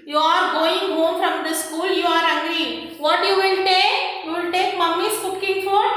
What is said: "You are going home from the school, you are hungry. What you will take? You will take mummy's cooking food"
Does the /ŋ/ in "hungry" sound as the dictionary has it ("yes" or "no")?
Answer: no